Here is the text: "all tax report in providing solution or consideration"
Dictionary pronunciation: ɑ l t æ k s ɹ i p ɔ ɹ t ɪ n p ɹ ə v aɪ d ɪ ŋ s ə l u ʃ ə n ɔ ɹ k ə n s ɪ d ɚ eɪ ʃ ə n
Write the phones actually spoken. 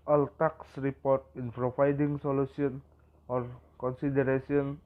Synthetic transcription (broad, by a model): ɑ l t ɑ k s ɹ i p ɔ ɹ t ɪ n p ɹ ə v aɪ d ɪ ŋ s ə l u s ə n ɔ ɹ k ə n s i d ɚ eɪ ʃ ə n